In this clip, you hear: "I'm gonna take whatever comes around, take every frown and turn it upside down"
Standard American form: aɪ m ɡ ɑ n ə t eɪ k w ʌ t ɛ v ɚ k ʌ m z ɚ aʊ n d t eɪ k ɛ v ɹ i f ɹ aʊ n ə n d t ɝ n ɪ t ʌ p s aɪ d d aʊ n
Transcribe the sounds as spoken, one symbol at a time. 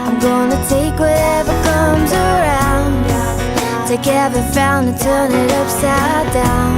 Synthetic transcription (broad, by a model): aɪ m ɡ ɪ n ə t eɪ k w ʌ t ɛ v ɚ k ʌ m z ɚ aʊ n d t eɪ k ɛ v i f aʊ n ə t ɝ n ɪ t ʌ p s aɪ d d aʊ n